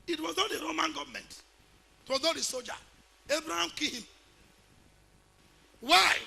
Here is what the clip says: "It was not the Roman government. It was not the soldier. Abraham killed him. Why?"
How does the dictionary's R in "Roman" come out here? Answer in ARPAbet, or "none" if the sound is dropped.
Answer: R